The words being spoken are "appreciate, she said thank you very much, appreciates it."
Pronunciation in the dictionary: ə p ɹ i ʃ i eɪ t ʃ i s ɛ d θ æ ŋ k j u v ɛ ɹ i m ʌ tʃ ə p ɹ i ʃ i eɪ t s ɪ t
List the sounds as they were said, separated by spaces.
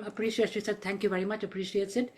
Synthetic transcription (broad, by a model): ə p ɹ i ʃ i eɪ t ʃ i s ɛ d t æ ŋ k j u v ɛ ɹ i m ʌ tʃ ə p ɹ i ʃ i eɪ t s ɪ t